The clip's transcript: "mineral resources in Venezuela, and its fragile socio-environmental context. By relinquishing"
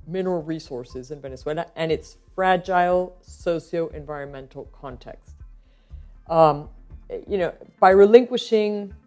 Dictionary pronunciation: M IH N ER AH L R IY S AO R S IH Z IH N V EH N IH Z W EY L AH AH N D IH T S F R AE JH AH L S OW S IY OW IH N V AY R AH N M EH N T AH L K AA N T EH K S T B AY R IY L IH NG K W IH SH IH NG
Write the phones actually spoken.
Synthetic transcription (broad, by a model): M IH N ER L R IY S AO R S IH Z IH N V EH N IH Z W EY L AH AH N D IH T S F R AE JH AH L S OW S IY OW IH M V AY R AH N M EH N T L K AA N T EH K S T B AY R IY L IH NG K W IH SH IH NG